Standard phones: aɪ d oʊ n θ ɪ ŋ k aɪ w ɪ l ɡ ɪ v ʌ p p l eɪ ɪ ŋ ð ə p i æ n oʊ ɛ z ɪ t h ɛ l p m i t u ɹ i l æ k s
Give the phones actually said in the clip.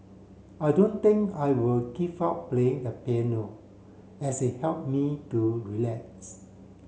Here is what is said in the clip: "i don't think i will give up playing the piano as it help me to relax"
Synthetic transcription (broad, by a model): aɪ d oʊ n t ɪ ŋ k aɪ w ɪ l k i p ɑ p p l eɪ ɪ ŋ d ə p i n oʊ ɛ s ɪ t h ɛ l p m i t u ɹ i l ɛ k s